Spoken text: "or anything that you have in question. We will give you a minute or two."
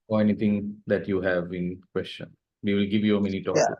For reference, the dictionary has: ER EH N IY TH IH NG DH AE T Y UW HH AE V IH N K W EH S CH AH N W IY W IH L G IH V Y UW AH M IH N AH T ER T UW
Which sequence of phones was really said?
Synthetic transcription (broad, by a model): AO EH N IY T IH NG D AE T Y UW HH AE V IH N K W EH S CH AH N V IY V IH L G IH V Y UW AH M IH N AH T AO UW